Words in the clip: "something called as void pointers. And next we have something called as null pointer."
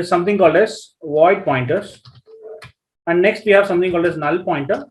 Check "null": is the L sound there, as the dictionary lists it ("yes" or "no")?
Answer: yes